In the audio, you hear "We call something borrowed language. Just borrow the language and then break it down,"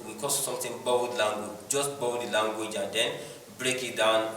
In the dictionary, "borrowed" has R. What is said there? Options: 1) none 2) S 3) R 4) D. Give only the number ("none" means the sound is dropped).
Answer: 1